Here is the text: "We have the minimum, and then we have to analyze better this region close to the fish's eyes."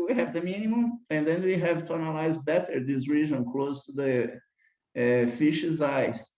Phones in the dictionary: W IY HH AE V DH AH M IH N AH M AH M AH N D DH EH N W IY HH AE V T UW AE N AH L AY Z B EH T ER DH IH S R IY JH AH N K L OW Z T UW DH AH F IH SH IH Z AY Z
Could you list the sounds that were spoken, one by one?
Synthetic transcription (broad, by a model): W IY HH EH V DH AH M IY N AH M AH M AH N D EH N W IY HH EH V T UW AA N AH L AY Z B EH T ER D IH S R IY ZH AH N K L OW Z T UW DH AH F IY SH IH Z AY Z